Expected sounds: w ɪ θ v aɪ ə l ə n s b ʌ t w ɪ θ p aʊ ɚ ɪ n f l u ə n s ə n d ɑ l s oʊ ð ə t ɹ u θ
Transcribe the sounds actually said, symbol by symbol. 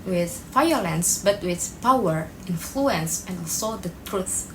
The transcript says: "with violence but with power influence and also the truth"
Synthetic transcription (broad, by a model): w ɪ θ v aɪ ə l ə n s b ʌ t w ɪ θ p aʊ ɚ ɪ n f l u ə n s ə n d ɑ l s oʊ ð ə t ɹ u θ